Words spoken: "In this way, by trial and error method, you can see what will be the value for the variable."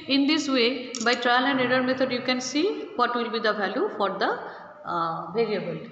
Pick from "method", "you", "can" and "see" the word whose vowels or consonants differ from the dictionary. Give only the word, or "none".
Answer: method